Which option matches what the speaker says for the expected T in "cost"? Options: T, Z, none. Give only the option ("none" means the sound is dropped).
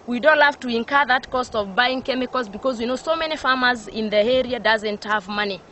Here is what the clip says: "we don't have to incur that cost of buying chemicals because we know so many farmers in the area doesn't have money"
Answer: T